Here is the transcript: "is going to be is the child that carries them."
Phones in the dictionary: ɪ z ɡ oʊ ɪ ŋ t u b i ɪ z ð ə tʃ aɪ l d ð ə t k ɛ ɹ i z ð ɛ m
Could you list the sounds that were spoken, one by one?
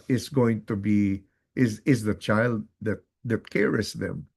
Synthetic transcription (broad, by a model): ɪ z ɡ oʊ ɪ ŋ t u b i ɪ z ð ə tʃ aɪ l d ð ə t k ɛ ɹ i s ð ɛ m